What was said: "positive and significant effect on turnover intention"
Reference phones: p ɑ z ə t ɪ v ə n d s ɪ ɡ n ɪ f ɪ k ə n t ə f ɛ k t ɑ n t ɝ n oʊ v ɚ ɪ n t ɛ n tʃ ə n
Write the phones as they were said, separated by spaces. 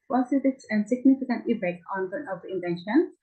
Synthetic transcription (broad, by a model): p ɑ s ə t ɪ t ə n s ɪ ɡ n ɪ f ɪ k ə n t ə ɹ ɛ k ɑ n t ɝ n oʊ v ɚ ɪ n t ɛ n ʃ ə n